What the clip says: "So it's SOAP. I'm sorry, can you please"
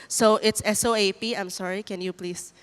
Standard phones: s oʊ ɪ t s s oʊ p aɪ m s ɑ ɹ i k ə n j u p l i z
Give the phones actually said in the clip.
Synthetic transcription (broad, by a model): s oʊ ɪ t s s oʊ p aɪ m s ɑ ɹ i k ə n j u p l i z